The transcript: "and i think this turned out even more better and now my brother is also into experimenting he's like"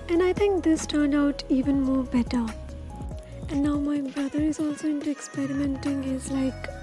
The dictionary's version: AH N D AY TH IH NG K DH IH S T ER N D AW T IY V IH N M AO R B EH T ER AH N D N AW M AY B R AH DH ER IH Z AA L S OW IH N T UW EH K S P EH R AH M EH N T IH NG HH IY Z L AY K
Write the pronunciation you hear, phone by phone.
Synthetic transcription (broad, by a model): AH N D AY T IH NG K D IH S T ER N D AW T IY V IH N M AO R B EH T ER AH N D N AW M AY B R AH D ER IH Z AA L S OW IH N T UW EH K S P EH R AH M EH N T IH NG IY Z L AY K